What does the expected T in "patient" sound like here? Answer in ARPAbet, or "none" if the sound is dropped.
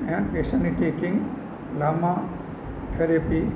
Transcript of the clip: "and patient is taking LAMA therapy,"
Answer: none